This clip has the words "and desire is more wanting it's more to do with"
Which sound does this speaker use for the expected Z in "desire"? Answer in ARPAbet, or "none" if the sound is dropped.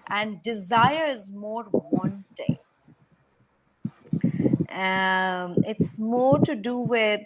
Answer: Z